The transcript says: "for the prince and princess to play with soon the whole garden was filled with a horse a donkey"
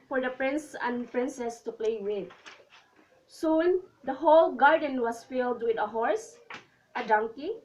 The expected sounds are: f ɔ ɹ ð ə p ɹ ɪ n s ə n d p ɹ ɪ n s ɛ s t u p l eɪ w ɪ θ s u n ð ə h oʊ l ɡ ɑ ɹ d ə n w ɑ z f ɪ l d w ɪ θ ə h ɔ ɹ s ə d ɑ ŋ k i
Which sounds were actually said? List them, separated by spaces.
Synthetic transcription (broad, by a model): f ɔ ɹ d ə p ɹ ɪ n s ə n p ɹ ɪ n s ɛ s t u p l eɪ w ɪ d s u n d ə h oʊ l ɡ ɑ ɹ d ə n w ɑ s f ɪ l d w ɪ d ə h ɔ ɹ s ə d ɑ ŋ k i